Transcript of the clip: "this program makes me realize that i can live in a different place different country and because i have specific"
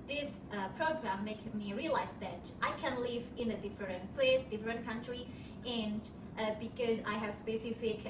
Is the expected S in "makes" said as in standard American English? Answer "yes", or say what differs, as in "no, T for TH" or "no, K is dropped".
no, S is dropped